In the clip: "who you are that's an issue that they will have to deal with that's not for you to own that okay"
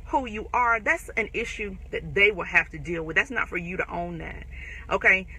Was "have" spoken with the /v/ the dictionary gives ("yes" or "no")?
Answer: no